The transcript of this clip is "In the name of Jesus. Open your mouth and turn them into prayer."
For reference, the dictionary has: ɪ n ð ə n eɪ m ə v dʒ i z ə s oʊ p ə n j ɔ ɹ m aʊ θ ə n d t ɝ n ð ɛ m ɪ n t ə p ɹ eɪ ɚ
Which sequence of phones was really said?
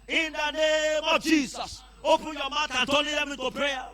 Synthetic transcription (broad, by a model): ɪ n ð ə n eɪ m ə v dʒ i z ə s oʊ p ə n j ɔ m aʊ t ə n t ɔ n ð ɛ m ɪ t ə p ɹ eɪ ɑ